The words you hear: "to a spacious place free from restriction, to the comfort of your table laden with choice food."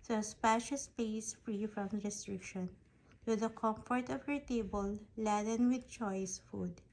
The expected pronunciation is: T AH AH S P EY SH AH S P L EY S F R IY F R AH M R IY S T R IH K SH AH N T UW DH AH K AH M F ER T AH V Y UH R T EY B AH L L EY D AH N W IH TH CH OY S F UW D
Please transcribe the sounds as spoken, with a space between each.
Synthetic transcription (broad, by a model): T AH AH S P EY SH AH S P EY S F R IY F R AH M R IY S T R IH K SH AH N T UW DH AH K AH M F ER T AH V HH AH R T EY B AH L L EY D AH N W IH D CH OY S F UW D